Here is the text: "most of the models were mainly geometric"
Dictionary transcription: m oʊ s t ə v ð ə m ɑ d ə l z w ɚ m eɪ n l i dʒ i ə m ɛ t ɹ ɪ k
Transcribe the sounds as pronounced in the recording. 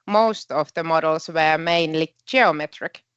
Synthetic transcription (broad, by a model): m oʊ s t ə v ð ə m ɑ d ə l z w ɚ m eɪ n l i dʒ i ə m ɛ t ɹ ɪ k